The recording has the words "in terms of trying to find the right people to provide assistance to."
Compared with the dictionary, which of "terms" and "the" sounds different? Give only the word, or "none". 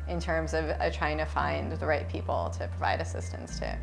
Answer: none